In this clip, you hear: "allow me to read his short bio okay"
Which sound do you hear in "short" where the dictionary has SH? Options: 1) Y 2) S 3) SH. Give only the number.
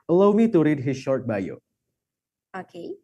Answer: 3